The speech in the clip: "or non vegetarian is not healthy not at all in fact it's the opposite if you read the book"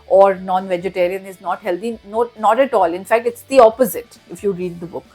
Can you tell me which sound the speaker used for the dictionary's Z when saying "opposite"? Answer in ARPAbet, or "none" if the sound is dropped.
Z